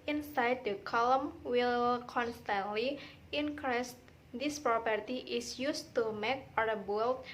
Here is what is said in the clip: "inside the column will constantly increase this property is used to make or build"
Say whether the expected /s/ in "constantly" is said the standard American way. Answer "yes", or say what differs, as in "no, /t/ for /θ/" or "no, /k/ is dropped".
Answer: yes